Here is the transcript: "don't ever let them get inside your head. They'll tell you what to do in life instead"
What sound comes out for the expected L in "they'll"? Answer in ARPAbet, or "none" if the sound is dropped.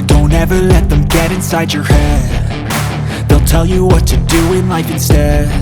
L